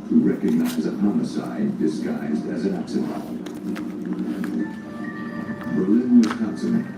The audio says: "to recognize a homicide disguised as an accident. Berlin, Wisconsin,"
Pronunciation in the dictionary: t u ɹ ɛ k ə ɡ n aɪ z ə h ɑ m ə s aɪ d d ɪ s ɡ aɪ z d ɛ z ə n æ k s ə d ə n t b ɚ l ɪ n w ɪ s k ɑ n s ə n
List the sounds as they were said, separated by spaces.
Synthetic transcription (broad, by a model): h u ɹ ɛ k ə ɡ n aɪ z ə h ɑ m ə s aɪ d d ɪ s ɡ aɪ z d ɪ z ə n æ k s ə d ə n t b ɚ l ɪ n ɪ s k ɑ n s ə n